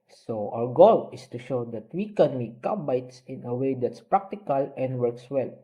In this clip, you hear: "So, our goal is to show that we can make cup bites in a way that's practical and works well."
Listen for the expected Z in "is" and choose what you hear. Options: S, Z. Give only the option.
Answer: S